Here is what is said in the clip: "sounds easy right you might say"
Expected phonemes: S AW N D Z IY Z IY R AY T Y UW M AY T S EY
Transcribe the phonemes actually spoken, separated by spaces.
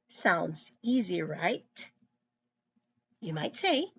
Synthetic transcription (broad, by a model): S AW N D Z IY Z IY R AY T Y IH M AY T S EY